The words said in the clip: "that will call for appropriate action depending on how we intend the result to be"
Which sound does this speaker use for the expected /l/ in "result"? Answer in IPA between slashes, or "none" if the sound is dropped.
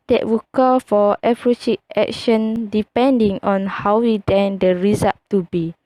none